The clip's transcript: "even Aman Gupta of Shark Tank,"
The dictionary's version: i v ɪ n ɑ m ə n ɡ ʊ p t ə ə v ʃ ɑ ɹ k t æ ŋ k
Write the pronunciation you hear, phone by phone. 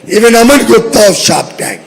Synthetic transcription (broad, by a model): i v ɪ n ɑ m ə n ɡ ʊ t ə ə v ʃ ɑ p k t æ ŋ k